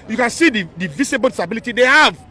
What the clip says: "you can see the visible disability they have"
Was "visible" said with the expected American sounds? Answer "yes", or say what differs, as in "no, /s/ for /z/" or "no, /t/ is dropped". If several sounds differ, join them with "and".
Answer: no, /s/ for /z/